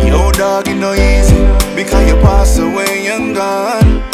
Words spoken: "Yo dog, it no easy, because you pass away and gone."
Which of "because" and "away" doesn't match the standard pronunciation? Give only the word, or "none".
because